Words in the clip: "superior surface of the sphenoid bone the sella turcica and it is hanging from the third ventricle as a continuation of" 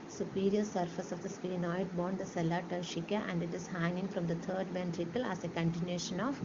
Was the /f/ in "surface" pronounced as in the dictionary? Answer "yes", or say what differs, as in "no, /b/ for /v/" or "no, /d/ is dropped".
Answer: yes